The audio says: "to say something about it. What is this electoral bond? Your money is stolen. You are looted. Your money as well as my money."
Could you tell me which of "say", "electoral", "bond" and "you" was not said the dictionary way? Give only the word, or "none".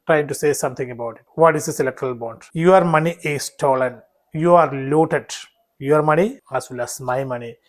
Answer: none